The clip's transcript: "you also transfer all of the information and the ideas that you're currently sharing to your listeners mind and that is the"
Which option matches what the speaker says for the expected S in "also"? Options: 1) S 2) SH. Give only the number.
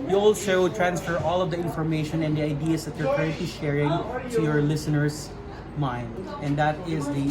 2